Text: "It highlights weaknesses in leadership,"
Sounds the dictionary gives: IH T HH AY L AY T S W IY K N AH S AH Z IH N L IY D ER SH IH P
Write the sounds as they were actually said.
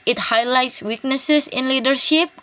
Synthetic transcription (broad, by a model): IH T HH AY L AY T S W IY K N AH S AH S IH N L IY D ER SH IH P